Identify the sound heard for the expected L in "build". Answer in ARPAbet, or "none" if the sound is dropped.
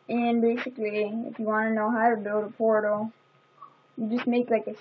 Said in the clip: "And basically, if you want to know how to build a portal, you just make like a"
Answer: none